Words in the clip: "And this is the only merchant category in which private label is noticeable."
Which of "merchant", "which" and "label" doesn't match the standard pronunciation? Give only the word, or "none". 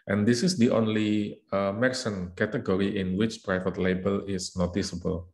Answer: merchant